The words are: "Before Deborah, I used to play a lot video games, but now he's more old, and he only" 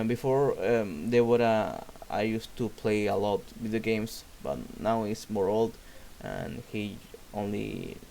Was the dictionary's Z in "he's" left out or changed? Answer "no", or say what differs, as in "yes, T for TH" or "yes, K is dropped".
yes, S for Z